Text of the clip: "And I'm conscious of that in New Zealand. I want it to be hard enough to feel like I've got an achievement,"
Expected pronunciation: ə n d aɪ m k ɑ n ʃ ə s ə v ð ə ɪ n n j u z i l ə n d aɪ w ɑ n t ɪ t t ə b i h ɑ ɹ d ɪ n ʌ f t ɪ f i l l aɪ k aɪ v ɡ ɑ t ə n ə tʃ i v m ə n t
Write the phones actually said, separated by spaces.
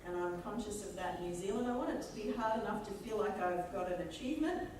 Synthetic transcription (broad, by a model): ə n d aɪ m k ɑ n ʃ ə s ə v ð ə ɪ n n j u z i l ə n d aɪ w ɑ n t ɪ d t ə b i h ɑ ɹ d ɪ n ʌ f t ɪ f i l l aɪ k aɪ v ɡ ɑ t ə n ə tʃ i v m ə n t